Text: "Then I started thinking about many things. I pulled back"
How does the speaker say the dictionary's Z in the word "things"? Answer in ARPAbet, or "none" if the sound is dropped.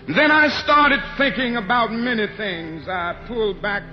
Z